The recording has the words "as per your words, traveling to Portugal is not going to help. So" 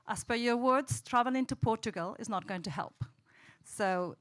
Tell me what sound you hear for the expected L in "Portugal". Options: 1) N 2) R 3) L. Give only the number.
3